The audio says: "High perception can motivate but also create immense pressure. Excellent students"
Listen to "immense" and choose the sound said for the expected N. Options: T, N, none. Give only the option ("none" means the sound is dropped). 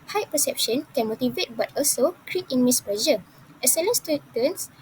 none